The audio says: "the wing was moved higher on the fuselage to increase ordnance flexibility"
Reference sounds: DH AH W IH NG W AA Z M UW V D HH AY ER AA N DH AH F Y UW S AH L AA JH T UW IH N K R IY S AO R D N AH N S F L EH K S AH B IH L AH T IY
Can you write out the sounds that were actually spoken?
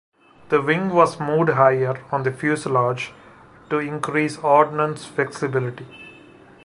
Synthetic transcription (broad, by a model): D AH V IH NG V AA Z M UW D HH AY ER AA N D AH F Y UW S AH L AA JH T UW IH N K R IY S AO R D N AH N S F L EH K S AH B IH L AH T IY